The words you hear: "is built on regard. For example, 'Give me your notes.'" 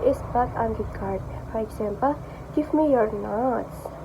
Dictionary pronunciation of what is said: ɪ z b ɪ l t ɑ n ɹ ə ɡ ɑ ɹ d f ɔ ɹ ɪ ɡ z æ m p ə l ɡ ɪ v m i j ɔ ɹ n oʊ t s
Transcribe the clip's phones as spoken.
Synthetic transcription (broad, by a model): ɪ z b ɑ t ɑ n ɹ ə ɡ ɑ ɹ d f ɔ ɹ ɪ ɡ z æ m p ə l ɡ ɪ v m i j ɔ ɹ n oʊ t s